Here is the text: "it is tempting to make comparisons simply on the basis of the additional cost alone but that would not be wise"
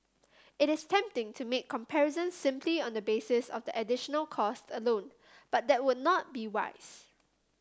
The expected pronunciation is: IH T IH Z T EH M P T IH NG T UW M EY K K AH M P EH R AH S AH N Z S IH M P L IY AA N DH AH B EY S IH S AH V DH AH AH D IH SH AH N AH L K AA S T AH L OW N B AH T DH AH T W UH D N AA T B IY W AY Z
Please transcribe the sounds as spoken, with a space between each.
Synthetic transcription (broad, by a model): IH T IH S T EH M P T IH NG T UW M EY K K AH M P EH R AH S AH N S IH M P L IY AA N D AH B EY S IH S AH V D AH AH D IH SH AH N AH L K AA S T AH L OW N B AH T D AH T W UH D N AA T B IY W AY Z